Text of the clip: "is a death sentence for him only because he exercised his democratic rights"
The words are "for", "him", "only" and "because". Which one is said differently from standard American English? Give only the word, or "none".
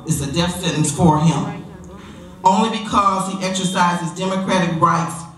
none